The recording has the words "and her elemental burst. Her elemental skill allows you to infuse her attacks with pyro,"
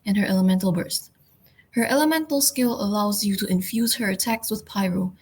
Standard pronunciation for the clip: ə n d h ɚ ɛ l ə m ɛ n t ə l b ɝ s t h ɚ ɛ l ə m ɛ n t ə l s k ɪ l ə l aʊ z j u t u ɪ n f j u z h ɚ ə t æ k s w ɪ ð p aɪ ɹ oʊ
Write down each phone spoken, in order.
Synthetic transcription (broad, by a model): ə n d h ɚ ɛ l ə m ɛ n t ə l b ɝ s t h ɚ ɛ l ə m ɛ n t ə l s k ɪ l ə l aʊ z j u t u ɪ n f j u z h ɚ ə t æ k s w ɪ ð p aɪ ɹ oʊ